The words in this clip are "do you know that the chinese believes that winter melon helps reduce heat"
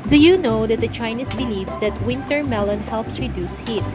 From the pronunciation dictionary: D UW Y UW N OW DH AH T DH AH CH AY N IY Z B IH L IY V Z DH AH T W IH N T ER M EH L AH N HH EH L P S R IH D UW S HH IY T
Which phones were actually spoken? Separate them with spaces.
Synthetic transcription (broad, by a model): D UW Y UW N OW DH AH T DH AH CH AY N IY S B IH L IY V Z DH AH T W IH N T ER M EH L AH N HH EH L P S R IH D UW S HH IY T